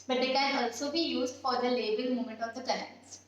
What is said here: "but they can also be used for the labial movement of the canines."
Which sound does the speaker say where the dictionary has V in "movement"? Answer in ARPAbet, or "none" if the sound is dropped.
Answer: none